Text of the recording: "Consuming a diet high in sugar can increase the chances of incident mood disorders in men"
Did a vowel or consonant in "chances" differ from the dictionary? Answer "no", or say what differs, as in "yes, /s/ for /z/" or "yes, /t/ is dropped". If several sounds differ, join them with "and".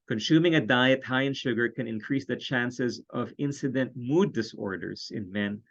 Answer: no